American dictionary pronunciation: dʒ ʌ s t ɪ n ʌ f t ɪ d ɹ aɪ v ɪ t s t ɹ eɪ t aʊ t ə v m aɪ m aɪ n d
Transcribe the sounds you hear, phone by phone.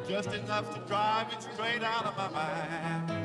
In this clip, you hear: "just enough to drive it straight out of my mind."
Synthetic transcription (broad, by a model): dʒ ʌ s t ɪ n ʌ f t ɪ d ɹ aɪ v ɪ t s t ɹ eɪ t aʊ t ə v m aɪ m aɪ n